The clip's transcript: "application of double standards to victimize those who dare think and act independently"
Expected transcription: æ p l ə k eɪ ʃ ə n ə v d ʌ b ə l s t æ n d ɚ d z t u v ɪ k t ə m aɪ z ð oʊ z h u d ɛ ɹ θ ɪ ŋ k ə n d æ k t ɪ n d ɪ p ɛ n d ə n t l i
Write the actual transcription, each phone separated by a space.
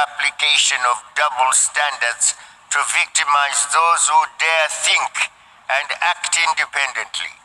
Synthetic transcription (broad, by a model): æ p l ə k eɪ ʃ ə n ə v d ʌ b ə l s t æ n d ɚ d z t u v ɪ k t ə m aɪ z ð oʊ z h u d ɛ ɹ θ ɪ ŋ k ə n d æ k t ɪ n d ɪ p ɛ n d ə n t l i